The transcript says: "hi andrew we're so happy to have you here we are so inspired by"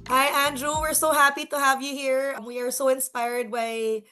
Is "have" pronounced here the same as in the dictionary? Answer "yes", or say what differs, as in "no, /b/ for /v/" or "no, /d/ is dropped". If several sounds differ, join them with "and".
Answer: yes